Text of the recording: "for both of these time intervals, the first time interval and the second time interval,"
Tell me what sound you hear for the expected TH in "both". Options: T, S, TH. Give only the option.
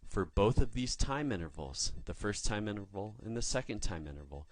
TH